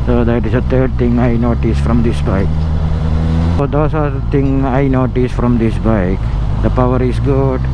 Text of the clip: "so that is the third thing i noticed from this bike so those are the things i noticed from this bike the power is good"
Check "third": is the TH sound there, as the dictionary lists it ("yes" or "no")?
no